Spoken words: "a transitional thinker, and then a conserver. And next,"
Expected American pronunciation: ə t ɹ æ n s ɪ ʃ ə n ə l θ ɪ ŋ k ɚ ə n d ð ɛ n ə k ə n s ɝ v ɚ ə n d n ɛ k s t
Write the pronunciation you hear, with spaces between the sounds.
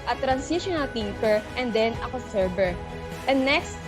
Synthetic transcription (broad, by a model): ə t ɹ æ n s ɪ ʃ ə n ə l t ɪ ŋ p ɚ ə n d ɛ n ə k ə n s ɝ b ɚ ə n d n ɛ k s t